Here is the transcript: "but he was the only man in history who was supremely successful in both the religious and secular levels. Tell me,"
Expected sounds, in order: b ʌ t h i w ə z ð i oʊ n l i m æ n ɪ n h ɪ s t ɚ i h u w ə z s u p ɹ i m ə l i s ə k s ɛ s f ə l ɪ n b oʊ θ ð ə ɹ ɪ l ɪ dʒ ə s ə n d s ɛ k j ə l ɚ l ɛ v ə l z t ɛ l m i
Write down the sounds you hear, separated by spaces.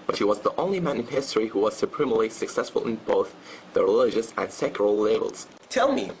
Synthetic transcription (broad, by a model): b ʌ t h i w ə z ð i oʊ n l i m æ n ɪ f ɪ s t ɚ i h u w ə z s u p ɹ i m l i s ə k s ɛ s f ə l ɪ n b oʊ θ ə ɹ ɪ l ɪ dʒ ə s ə n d s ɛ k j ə l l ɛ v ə l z t ɛ l m i